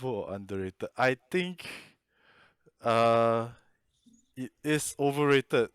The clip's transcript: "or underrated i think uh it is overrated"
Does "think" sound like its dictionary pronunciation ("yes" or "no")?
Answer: no